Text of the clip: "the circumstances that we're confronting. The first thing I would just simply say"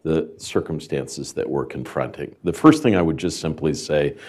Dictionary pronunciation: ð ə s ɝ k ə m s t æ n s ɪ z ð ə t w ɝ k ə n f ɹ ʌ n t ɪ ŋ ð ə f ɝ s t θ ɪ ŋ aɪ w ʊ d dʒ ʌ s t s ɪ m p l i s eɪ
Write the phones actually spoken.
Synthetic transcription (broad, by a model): ð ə s ɝ k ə m s t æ n s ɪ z ð ə t w ɝ k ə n f ɹ ʌ n t ɪ ŋ ð ə f ɝ s t θ ɪ ŋ aɪ w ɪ d dʒ ʌ s t s ɪ m p l i s eɪ